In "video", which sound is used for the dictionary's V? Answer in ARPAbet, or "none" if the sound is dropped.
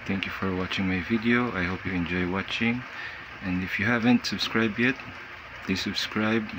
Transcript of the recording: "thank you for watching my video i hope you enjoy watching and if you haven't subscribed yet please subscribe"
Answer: V